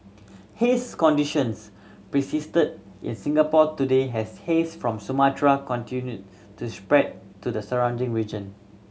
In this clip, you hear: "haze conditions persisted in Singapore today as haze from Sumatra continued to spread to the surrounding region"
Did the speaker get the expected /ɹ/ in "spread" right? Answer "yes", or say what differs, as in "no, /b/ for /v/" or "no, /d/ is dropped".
yes